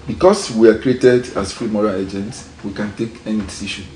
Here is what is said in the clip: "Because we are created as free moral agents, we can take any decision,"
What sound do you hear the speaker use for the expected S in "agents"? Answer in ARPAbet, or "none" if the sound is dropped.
S